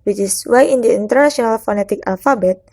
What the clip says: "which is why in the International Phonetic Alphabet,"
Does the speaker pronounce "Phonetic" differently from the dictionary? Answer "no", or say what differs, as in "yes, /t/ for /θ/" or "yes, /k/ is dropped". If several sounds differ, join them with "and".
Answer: no